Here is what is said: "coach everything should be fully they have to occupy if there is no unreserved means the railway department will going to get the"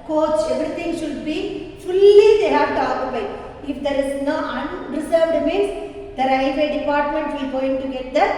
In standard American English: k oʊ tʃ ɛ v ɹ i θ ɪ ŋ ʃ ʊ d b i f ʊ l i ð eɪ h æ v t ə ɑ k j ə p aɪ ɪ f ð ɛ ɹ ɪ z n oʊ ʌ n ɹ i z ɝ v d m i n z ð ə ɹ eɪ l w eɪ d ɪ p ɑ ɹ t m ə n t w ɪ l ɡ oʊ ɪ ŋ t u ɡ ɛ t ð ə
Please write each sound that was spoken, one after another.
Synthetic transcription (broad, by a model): k oʊ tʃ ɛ v ɹ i t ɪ ŋ ʃ ʊ d b i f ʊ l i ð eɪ h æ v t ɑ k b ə ɪ ɪ f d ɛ ɹ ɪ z n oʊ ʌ n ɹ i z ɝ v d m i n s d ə ɹ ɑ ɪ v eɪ d ɪ p ɑ ɹ t m ə n t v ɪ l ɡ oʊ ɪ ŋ t u ɡ ɛ t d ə